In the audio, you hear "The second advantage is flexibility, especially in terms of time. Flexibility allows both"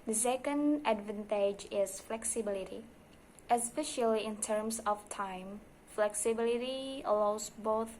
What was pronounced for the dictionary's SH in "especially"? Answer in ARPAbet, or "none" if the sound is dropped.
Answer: SH